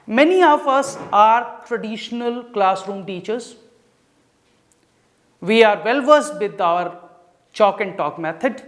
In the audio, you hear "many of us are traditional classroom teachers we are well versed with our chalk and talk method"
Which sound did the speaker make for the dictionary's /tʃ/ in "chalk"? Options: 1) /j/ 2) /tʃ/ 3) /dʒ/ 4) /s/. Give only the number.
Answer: 2